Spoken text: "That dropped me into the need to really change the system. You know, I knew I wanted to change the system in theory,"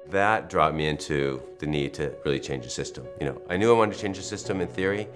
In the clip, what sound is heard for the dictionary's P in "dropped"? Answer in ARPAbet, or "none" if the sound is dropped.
none